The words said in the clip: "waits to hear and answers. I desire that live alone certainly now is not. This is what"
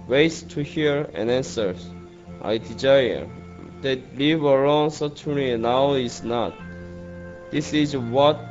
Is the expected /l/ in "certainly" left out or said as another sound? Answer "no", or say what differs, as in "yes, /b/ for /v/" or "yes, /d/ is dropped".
yes, /l/ is dropped